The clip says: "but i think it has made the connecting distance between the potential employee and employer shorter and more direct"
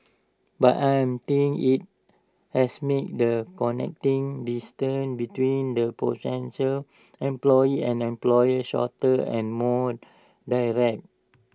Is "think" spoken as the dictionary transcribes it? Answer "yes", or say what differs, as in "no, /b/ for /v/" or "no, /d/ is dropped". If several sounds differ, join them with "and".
no, /t/ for /θ/ and /k/ is dropped